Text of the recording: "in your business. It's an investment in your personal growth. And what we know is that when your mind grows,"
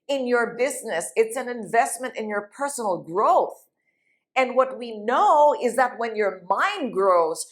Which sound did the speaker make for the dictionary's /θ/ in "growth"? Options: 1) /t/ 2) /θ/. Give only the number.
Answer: 2